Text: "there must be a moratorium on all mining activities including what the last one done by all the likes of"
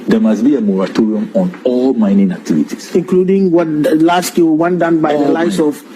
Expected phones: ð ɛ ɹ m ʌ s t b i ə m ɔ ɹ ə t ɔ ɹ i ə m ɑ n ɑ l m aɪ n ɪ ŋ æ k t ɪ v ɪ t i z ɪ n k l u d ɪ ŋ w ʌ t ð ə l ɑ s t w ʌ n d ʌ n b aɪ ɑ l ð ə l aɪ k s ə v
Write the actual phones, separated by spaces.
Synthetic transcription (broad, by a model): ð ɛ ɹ m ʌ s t b i ə m ɔ ɹ ə t ɔ ɹ i ə m ɑ n ɑ l m aɪ n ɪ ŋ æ k t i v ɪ t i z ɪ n k l u d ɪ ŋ w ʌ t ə l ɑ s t w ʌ n d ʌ n b aɪ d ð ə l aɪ s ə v